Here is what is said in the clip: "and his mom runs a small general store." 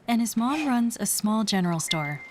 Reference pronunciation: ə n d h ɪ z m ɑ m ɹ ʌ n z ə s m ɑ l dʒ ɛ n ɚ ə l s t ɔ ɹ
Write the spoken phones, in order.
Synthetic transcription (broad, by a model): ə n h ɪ z m ɑ m ɹ ʌ n z ə s m ɑ l dʒ ɛ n ɚ l s t ɔ ɹ